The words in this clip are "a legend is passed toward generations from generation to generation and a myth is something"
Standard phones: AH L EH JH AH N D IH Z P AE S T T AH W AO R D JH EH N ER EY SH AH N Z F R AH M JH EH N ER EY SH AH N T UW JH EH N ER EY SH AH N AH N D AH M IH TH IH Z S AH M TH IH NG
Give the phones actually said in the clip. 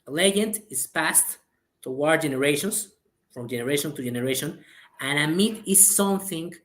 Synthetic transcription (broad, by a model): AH L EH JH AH N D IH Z P AE S T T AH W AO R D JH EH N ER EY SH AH N S F R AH M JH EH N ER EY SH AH N T UW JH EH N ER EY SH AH N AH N AH M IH T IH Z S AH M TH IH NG